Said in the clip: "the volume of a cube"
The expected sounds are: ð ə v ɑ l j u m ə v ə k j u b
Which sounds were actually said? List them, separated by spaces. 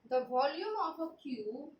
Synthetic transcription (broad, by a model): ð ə v ɑ l j u m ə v ə k j u